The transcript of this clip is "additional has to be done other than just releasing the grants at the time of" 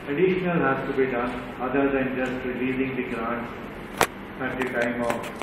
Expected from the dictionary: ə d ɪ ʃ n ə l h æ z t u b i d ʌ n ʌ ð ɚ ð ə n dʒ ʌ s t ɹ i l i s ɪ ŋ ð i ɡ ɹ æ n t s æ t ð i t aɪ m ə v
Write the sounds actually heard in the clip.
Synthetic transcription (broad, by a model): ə d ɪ ʃ n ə l h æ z t u b i d ʌ n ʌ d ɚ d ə n dʒ ʌ s t ɹ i l i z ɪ ŋ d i ɡ ɹ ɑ n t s æ t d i t aɪ m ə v